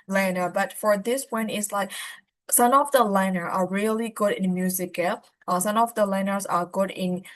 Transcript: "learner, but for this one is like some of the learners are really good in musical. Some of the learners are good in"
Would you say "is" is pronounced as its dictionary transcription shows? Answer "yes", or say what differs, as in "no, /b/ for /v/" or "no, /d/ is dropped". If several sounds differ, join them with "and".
no, /s/ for /z/